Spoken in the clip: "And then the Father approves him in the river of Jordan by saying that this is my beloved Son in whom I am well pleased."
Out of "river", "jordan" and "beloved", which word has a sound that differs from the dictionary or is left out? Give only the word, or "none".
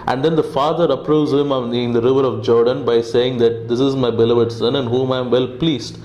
none